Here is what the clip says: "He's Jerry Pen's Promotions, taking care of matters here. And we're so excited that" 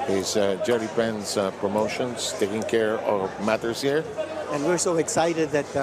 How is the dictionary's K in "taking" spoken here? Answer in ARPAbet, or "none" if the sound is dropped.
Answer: K